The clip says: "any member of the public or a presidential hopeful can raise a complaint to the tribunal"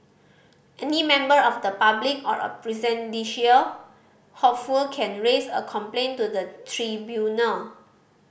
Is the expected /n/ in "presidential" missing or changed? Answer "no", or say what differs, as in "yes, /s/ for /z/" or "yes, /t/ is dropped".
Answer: yes, /n/ is dropped